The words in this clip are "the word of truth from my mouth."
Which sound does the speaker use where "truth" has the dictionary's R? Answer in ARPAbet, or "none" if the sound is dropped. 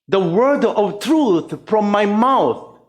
R